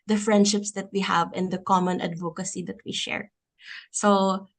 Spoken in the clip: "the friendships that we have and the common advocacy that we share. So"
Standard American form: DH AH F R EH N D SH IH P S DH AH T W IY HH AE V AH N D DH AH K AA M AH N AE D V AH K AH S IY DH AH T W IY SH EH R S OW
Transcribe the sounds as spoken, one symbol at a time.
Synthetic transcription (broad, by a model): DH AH F R EH N D SH IH P S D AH T W IY HH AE V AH N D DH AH K AA M AH N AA D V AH K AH S IY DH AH T W IY SH EH R S OW